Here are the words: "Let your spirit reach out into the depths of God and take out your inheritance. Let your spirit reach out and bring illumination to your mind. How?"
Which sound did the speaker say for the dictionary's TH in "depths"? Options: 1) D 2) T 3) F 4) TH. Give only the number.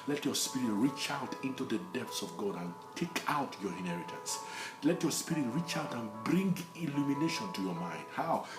2